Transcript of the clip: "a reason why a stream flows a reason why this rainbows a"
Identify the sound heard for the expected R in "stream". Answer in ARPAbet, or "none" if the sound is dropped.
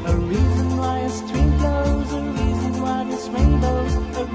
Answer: W